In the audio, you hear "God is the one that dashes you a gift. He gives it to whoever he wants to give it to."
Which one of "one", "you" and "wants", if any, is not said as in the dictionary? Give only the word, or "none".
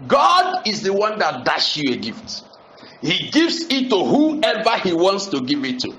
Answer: none